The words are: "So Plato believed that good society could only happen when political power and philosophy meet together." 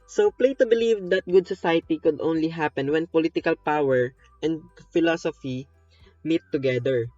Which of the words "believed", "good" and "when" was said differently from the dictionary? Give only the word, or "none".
none